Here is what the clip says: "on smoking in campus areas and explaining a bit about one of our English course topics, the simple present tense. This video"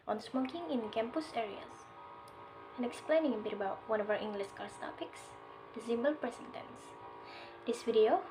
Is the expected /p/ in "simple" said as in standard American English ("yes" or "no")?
no